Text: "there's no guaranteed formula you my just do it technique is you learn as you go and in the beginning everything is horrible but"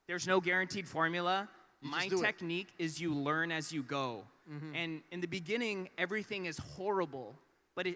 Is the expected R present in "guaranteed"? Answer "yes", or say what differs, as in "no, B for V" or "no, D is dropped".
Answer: yes